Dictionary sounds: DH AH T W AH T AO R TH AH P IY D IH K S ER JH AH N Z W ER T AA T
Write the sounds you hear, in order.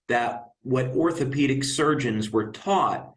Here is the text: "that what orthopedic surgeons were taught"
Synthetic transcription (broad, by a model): DH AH T W AH T AO R TH AH P IY D IH K S ER JH AH N Z W ER T AA T